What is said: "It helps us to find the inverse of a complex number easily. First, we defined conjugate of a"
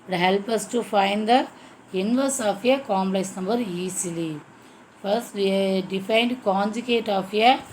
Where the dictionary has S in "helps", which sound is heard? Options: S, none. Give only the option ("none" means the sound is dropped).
none